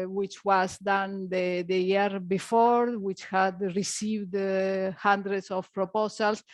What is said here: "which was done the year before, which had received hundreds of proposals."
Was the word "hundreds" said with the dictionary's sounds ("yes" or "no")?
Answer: no